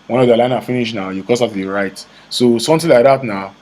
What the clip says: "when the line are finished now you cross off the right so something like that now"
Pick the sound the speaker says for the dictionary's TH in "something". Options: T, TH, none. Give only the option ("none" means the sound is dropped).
T